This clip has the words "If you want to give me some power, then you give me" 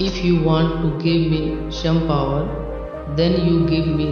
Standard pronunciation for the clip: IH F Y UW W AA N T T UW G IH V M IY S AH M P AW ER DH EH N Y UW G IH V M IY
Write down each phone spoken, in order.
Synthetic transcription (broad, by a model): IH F Y UW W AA N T T UW G IH V M IY SH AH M P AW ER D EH N Y UW G IH V M IY